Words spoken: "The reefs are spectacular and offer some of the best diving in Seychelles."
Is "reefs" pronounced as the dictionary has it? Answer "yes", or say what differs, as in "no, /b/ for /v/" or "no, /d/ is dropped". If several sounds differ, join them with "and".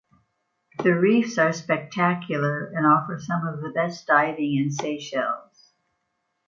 yes